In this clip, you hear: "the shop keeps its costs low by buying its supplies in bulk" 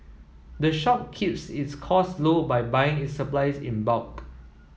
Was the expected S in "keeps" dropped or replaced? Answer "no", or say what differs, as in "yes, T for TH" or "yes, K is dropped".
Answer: no